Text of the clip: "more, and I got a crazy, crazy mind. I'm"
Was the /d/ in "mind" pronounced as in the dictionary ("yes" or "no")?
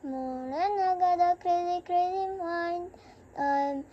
no